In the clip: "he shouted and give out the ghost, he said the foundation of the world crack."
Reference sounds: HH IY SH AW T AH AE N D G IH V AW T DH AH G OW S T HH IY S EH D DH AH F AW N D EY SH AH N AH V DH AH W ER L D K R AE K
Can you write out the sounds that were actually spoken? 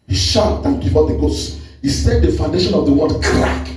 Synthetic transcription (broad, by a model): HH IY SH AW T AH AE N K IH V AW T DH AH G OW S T HH IY S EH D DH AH F AW N D EY SH AH N AH V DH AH W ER D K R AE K